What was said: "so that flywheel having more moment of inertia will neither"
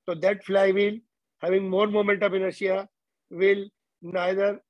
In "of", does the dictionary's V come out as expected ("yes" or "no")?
no